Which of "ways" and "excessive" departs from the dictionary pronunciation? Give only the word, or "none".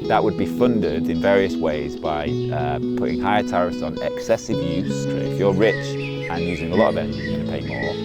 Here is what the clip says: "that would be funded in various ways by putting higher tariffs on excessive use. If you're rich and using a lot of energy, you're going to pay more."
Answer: none